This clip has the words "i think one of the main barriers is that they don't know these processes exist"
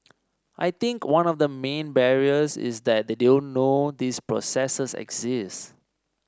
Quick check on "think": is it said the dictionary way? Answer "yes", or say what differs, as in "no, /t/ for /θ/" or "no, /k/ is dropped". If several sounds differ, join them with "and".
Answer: no, /t/ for /θ/